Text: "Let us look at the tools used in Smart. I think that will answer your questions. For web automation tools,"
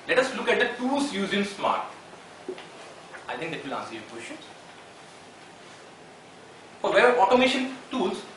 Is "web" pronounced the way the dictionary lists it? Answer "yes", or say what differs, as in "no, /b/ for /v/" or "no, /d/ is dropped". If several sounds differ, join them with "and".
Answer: no, /b/ is dropped